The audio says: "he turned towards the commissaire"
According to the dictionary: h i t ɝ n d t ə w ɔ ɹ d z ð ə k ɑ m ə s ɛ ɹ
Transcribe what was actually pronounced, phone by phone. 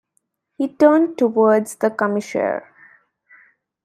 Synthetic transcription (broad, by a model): h i t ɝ n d t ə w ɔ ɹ d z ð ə k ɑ m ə ʃ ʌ ɹ